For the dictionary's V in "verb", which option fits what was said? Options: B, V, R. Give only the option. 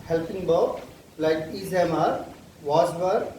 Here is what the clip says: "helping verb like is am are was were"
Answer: B